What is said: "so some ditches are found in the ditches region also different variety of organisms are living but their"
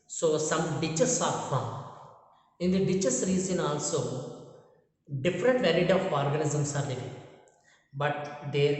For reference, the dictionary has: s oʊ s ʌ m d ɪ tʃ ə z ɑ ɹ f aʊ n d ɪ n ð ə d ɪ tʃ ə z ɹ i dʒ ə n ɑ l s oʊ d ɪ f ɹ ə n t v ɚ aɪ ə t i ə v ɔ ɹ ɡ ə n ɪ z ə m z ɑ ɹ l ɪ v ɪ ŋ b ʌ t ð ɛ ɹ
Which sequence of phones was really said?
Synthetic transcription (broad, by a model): s oʊ s ʌ m d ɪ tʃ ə s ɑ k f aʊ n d ɪ n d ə d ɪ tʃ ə s ɹ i z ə n ɑ l s oʊ d ɪ f ɹ ə n t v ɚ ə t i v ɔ ɹ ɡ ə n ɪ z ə m s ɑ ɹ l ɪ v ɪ b ʌ t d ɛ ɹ